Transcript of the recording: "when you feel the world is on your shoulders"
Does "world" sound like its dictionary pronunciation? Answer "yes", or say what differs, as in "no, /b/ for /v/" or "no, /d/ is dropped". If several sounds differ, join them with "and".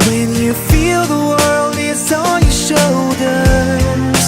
yes